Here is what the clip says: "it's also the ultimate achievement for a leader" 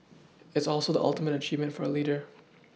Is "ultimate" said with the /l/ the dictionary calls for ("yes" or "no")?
yes